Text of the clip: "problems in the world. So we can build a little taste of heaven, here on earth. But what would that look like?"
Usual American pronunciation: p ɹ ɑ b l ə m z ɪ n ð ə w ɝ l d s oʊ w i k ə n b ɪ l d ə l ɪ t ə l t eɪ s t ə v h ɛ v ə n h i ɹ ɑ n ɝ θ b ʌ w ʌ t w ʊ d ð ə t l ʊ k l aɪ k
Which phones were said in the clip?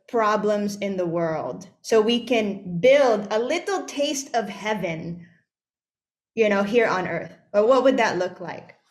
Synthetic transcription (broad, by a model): p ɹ ɑ b l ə m z ɪ n ð ə w ɝ l d s oʊ w i k ə n b ɪ l d ə l ɪ t l t eɪ s t ə v h ɛ v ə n h i ɹ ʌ n ɝ θ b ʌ w ʌ t w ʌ d ð ə t l ʊ k l aɪ k